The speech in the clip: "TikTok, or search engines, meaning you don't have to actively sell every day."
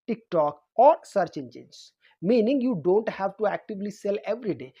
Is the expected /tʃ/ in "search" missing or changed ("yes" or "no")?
no